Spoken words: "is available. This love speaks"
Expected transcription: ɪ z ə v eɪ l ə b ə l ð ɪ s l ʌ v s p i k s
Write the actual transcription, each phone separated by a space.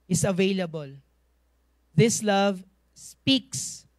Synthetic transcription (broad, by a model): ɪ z ə v eɪ l ə b ə l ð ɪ s l ʌ v s p i k s